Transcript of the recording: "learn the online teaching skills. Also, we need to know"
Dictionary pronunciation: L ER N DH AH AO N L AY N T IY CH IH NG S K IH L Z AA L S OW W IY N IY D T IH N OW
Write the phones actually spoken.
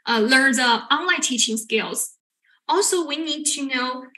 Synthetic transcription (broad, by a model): L ER N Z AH AO N L AY N T IY CH IH NG S K IH L Z AA L S OW W IY N IY D T IH N OW